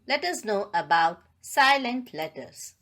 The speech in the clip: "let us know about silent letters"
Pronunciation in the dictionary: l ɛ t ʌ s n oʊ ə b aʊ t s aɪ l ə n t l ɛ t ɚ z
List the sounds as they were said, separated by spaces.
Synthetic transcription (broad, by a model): l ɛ t ʌ s n oʊ ə b aʊ t s aɪ l ə n t l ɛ t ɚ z